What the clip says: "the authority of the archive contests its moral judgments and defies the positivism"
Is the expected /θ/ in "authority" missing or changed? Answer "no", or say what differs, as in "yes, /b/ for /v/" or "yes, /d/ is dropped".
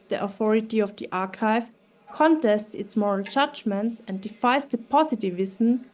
no